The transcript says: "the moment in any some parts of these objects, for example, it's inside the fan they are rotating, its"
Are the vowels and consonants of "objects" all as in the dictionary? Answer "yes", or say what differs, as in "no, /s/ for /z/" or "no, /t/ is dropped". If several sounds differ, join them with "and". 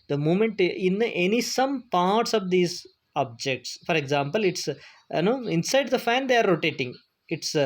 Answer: yes